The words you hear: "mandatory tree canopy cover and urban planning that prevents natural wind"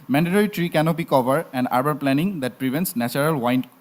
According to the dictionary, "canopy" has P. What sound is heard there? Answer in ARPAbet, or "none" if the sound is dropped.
B